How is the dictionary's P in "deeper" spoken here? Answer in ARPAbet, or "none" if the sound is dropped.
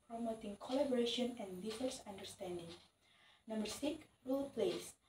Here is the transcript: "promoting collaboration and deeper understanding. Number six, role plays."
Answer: F